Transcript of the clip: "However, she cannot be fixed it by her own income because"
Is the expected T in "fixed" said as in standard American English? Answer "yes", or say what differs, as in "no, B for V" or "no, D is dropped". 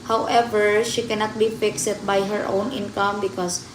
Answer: no, T is dropped